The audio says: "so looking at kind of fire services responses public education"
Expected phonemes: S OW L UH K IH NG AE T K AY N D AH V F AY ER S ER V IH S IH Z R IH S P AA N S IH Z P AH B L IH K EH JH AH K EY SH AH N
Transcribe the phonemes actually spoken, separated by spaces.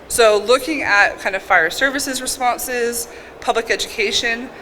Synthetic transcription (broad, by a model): S OW L UH K IH NG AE T K AY N D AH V F AY ER S ER V IH S IH Z R IH S P AA N S IH Z P AH B L IH K EH JH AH K EY SH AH N